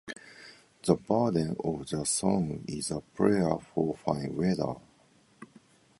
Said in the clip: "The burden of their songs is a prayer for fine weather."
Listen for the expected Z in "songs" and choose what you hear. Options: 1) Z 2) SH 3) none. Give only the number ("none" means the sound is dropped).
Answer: 3